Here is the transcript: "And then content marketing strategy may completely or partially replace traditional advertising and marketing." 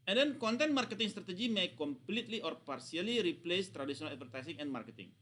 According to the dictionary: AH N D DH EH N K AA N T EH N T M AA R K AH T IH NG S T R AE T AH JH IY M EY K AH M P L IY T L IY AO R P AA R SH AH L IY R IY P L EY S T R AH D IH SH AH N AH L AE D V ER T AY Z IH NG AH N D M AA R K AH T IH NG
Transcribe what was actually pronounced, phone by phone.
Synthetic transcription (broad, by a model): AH N D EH N K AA N T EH N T M AA R K AH T IH NG S T R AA T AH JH IY M EY K AH M P L IY T L IY AO R P AA R S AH L IY R IY P L EY S T R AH D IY S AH N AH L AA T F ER T AY S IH NG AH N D M AA R K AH T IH NG